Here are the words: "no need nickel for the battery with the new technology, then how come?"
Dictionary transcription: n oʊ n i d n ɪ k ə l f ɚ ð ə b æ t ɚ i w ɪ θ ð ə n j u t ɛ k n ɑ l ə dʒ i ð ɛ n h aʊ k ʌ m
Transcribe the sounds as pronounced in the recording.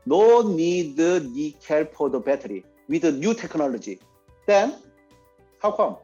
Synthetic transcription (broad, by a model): n oʊ n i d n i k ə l p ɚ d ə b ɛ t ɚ i w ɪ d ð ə n j u t ɛ k n ɑ l ə dʒ i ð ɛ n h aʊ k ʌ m